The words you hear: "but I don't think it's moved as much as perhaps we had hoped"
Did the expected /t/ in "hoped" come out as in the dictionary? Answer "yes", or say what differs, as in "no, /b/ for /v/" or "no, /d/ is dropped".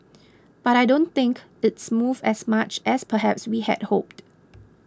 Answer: yes